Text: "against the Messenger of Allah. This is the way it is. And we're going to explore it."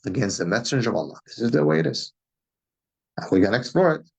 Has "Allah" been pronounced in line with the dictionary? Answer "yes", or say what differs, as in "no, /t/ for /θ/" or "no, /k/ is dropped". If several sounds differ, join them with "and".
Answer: yes